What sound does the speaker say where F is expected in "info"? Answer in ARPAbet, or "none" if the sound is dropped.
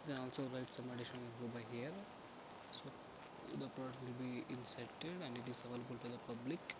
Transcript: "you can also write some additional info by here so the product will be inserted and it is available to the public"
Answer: none